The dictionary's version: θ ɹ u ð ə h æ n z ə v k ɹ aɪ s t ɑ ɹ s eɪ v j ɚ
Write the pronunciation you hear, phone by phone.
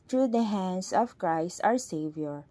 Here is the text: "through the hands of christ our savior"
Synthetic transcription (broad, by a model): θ ɹ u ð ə h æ n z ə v k ɹ aɪ s t ɑ ɹ s eɪ v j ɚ